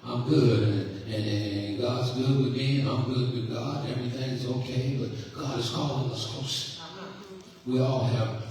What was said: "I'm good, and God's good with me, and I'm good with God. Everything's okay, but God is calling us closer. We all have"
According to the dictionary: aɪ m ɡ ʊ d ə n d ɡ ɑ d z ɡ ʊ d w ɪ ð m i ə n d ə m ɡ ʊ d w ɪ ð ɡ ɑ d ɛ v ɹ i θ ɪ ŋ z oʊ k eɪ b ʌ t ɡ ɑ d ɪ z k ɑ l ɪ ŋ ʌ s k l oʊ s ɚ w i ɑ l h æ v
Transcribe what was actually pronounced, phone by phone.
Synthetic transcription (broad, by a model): aɪ m ɡ ʊ d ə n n ɡ ɑ d z ɡ ʊ d w ɪ ð m i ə ə m ɡ ʊ d w ɪ ð ɡ ɑ d ɛ v ɹ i θ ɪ ŋ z oʊ k eɪ b ʌ t ɡ ɑ d ɪ z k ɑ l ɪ ʌ s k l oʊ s w i ɑ l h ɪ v